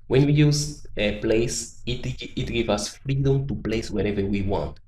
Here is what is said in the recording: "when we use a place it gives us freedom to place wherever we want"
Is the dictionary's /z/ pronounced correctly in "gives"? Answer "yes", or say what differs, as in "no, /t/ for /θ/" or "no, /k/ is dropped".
no, /z/ is dropped